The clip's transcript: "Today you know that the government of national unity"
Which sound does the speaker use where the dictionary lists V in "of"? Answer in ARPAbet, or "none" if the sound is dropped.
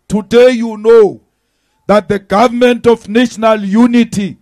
F